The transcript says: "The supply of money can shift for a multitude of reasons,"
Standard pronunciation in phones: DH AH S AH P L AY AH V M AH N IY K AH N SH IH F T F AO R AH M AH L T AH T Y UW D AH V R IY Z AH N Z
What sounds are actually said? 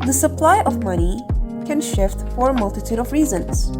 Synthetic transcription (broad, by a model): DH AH S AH P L AY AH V M AH N IY K AH N SH IH F T F AO R M AH L T AH T Y UW D AH V R IY Z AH N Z